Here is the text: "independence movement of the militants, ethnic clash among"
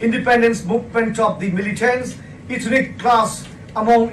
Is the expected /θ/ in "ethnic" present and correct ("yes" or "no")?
no